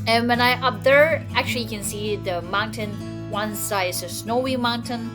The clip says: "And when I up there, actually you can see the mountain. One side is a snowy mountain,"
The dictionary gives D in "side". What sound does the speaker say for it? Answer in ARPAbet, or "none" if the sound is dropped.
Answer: none